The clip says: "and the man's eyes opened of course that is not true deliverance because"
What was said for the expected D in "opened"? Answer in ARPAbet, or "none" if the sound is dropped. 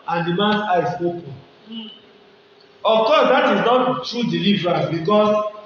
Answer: none